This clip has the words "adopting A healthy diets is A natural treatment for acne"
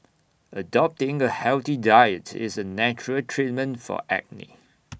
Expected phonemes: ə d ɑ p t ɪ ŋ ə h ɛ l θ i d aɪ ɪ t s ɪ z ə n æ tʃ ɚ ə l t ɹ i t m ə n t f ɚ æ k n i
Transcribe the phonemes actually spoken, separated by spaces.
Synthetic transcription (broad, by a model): ə d ɑ p t ɪ ŋ ə h ɛ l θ i d aɪ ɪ t ɪ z ə n æ tʃ ɚ ə l t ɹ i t m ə n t f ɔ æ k n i